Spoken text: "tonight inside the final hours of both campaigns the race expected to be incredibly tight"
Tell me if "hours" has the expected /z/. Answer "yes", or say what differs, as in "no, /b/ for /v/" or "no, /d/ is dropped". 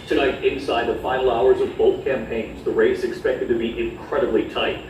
yes